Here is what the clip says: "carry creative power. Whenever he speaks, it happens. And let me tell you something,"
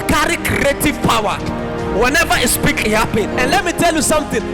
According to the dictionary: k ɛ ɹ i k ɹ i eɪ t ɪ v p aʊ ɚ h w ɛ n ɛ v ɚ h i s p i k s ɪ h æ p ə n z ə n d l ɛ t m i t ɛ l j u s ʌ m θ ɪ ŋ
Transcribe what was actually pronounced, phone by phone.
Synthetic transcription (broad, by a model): k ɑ ɹ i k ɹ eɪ t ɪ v p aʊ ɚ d w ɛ n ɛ v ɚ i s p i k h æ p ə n ə n d l ɛ t m i t ɛ l j u s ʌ m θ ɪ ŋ